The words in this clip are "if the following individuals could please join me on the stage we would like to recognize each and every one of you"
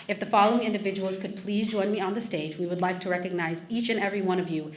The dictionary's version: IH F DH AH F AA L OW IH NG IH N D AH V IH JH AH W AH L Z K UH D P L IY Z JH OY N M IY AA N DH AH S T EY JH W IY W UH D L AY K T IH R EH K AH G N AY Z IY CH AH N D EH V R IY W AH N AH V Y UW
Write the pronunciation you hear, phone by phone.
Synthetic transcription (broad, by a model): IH F DH AH F AA L OW IH NG IH N D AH V IH JH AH W L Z K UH D P L IY Z JH OY N M IY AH N DH AH S T EY JH W IY W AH D L AY K T IH R EH K AH G N AY Z IY CH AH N EH V R IY W AH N AH V Y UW